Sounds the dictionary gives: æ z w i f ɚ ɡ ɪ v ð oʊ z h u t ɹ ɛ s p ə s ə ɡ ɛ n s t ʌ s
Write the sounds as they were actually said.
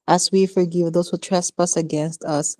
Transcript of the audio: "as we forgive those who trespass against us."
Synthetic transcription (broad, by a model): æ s w i f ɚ ɡ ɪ v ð oʊ s h u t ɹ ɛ s p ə s ə ɡ ɛ n s t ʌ s